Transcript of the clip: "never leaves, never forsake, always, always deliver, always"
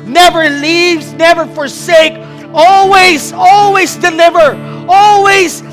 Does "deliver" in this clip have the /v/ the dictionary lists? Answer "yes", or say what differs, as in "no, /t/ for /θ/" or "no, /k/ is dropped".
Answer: yes